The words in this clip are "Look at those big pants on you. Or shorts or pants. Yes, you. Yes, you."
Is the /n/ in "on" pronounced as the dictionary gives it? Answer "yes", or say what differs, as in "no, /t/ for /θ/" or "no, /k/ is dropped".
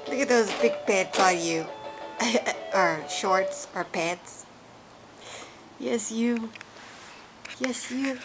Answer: no, /l/ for /n/